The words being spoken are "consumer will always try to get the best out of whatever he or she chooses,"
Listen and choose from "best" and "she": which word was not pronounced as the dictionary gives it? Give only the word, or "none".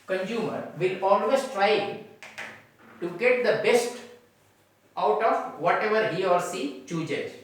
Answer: she